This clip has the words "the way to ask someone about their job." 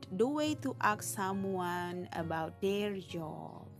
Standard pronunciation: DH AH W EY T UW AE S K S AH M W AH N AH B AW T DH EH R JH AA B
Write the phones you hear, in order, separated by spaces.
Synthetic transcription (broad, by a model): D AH W EY T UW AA K S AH M W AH N AH B AW T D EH R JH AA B